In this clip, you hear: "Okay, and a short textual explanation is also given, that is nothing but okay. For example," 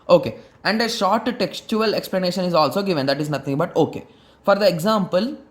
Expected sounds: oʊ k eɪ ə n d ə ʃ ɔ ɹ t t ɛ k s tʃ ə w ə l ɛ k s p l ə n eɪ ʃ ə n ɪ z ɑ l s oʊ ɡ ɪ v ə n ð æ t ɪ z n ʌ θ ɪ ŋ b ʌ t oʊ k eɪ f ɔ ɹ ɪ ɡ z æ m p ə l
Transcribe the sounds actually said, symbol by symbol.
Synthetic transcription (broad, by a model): oʊ k eɪ ə n d ə ʃ ɔ ɹ t t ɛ k s tʃ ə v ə l ɛ k s p l ə n eɪ ʃ ə n ɪ z ɑ l s oʊ ɡ ɪ v ə n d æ t ɪ z n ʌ t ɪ ŋ b ʌ t oʊ k eɪ f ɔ ɹ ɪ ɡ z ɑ m p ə l